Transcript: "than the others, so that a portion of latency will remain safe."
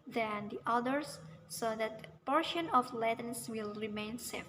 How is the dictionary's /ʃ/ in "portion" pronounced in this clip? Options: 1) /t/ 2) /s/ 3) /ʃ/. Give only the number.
3